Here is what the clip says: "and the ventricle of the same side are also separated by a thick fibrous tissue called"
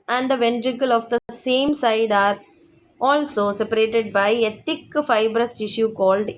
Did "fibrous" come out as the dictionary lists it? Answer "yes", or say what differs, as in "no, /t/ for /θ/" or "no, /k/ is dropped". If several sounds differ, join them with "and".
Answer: yes